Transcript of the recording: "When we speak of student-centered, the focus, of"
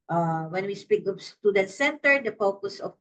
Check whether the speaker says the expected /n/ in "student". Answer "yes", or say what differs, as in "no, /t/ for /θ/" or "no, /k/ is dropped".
no, /n/ is dropped